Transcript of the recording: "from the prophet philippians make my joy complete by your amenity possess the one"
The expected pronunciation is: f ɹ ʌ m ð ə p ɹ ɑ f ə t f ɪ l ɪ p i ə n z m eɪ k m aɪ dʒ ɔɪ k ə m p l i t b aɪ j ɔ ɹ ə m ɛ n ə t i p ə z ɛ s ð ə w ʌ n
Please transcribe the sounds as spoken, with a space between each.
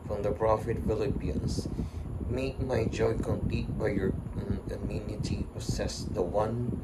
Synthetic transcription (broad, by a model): f ɹ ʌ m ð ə p ɹ ɑ f ə t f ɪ l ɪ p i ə n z m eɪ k m aɪ dʒ ɔɪ k ə m p l i t b aɪ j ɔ ɹ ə m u n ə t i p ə s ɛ s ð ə w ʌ n